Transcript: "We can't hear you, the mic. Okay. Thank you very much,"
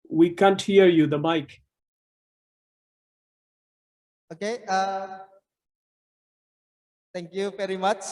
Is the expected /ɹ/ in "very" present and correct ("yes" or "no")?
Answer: yes